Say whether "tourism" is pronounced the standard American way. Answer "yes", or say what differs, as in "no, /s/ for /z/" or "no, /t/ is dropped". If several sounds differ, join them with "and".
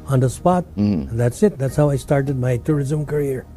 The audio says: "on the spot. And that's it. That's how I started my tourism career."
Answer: yes